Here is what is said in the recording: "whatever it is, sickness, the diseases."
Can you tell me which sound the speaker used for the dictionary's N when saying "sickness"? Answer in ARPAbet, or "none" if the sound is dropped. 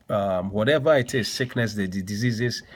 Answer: N